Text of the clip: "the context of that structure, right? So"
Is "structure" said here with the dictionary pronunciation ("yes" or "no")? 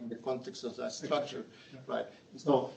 yes